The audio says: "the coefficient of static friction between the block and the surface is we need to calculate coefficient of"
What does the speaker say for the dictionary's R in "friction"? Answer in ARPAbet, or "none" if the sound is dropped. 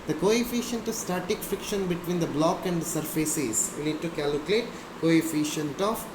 none